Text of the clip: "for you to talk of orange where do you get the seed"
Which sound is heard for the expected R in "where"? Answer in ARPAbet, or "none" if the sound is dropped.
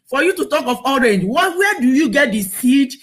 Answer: W